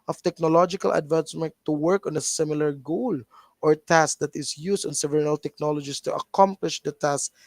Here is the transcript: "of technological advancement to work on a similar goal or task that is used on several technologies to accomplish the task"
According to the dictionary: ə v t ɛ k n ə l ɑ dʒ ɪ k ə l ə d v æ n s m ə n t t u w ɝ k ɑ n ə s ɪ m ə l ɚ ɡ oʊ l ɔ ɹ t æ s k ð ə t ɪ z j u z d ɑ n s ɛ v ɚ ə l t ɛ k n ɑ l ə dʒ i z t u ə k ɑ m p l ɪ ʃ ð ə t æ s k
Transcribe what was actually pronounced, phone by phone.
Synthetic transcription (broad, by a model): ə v t ɛ k n ə l ɑ dʒ ɪ k ə l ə d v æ n s m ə n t t u w ɝ k ɑ n ə s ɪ m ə l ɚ ɡ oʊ l ɔ ɹ t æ s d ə t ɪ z j u s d ɑ n s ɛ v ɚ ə l t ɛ k n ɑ l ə dʒ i s t u ə k ɑ m p l ɪ ʃ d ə t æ s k